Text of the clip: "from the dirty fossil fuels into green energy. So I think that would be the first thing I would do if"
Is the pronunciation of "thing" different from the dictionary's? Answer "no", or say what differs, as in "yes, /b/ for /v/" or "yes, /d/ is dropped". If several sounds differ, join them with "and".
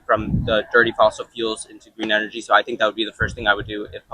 no